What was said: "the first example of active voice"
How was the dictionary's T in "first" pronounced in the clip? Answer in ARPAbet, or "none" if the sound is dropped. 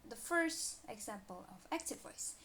T